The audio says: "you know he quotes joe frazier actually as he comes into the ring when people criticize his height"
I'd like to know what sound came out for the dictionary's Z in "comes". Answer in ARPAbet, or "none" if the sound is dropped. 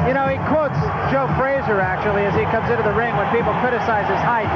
Z